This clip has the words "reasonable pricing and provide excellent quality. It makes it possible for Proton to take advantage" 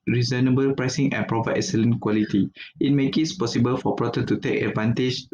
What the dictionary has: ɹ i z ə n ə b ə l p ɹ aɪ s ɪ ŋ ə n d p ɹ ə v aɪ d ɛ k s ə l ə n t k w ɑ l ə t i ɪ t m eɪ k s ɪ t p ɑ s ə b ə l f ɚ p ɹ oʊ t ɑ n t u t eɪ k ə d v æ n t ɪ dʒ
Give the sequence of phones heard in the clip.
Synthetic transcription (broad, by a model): ɹ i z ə n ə b ə l p ɹ aɪ s ɪ ŋ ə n p ɹ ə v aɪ ɛ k s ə l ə n k w ɑ l ə t i ɪ t m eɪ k ɪ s p ɑ s ə b ə l f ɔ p ɹ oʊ t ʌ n t u t eɪ k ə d v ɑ n t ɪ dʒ